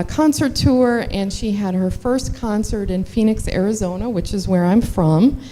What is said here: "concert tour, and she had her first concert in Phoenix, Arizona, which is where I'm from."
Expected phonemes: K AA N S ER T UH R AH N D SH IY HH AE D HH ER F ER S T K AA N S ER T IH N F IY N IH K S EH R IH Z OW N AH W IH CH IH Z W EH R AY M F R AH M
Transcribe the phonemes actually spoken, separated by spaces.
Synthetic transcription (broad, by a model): K AA N S ER T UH R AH N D SH IY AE D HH ER F ER S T K AA N S ER T IH N F IY N IH K S EH R IH Z OW N AH W IH CH IH Z W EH R AY M F R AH M